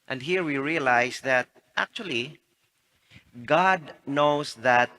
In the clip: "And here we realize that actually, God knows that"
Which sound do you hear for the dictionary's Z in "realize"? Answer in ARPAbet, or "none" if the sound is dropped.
S